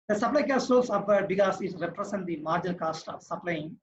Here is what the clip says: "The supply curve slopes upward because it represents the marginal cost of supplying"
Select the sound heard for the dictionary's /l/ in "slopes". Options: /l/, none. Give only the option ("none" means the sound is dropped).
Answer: none